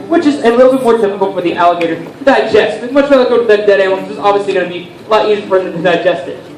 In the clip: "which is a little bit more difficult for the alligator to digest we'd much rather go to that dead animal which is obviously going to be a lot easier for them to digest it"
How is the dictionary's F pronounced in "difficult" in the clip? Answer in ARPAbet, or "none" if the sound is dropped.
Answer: P